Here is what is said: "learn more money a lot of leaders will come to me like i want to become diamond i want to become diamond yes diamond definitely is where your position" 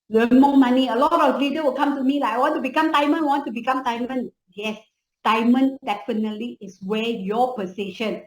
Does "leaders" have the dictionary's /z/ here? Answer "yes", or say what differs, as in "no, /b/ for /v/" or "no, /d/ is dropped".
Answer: no, /z/ is dropped